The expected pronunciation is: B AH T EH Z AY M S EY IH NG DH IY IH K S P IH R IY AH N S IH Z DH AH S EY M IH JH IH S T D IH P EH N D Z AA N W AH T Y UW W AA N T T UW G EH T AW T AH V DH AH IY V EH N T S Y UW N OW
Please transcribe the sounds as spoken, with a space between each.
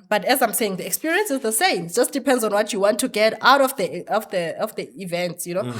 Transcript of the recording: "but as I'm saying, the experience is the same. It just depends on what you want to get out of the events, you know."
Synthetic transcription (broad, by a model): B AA T EH Z AY M S EY IH NG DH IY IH K S P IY R IY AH N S IH Z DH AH S EY M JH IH S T D IH P EH N D Z AA N W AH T Y UW W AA N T T UW G EH T AW T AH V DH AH IY V EH N T S Y UW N OW